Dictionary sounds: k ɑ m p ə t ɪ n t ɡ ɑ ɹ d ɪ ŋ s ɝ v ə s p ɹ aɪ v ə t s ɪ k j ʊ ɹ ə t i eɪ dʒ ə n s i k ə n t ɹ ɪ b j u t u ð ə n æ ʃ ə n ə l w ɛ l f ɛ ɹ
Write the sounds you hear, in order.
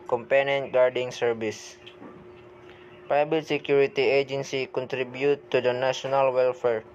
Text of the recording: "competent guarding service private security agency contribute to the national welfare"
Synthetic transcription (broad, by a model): k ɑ m p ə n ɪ n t ɡ ɑ ɹ d ɪ ŋ s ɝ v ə s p aɪ b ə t s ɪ k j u ɹ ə t i eɪ dʒ ə n s i k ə n t ɹ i b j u t u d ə n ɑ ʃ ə n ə l w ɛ l f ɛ ɹ